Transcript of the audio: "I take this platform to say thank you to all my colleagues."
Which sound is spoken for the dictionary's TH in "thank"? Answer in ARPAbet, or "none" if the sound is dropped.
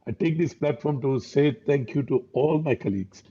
T